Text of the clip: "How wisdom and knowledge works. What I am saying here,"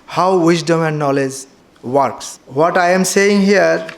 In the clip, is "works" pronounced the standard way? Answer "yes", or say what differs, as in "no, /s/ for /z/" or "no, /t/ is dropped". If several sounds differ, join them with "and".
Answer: yes